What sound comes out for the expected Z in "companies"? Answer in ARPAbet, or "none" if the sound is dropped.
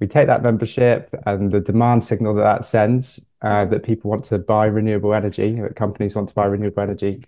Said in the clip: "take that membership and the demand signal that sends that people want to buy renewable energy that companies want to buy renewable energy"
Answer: Z